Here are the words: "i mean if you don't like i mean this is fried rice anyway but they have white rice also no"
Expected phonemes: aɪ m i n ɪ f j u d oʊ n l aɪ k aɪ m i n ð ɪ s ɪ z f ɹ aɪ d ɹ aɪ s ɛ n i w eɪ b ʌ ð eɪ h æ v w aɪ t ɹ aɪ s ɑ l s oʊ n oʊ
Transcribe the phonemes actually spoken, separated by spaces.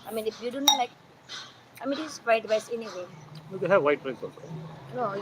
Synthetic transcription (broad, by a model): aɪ m i n ɪ f j u d oʊ n l aɪ k aɪ m i n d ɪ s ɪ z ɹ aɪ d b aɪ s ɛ n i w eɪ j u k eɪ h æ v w aɪ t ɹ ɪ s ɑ s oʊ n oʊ